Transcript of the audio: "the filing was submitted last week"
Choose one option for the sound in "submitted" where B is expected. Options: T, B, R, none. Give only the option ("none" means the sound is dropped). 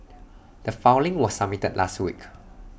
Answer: none